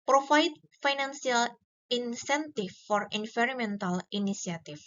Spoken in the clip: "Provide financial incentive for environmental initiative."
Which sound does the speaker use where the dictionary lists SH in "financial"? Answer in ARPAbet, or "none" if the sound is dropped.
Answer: S